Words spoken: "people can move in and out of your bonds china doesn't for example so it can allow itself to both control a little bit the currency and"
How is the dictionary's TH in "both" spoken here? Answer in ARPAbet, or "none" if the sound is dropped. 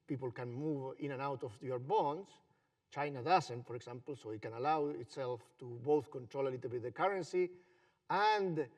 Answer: TH